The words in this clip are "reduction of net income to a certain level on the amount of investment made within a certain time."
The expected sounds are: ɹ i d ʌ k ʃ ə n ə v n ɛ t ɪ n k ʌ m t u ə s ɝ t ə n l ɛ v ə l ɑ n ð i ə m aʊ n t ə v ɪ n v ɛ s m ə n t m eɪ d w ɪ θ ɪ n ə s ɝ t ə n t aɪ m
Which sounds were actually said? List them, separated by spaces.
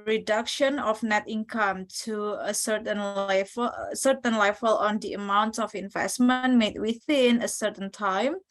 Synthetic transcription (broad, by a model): ɹ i d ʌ k ʃ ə n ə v n ɛ t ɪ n k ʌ m t u ə s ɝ t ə n l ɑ f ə l ɑ n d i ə m aʊ n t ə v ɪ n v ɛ s m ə n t m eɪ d w ɪ θ ɪ n ə s ɝ t ə n t aɪ m